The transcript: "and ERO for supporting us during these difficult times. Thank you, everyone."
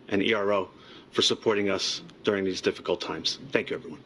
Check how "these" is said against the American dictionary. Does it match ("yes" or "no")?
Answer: yes